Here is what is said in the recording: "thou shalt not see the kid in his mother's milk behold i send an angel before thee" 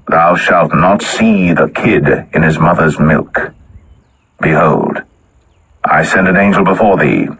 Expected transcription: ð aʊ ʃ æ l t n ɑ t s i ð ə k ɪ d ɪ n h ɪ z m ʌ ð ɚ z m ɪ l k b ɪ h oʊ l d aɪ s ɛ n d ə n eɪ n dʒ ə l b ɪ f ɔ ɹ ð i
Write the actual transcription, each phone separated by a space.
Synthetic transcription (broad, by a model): ð aʊ ʃ æ l t n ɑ t s i ð ə k ɪ d ɪ n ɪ z m ʌ ð ɚ z m ɪ l k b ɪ h oʊ l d aɪ s ɛ n d ə n eɪ n dʒ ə l b ɪ f ɔ ɹ ð i